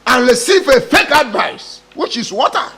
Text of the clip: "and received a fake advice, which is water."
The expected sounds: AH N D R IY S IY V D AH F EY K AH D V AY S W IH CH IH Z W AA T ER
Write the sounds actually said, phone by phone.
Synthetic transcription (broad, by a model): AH N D R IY S IY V AH F EY K AH D V AY S W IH CH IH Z W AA T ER